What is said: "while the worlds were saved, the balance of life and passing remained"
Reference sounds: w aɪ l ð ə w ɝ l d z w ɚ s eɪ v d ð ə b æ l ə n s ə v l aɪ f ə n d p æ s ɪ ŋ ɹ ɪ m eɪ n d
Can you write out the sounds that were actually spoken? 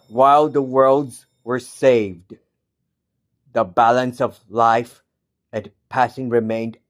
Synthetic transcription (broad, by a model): w aɪ l ð ə w ɝ l d z w ɚ s eɪ v d ð ə b æ l ə n s ə v l aɪ f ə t p æ s ɪ ŋ ɹ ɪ m eɪ n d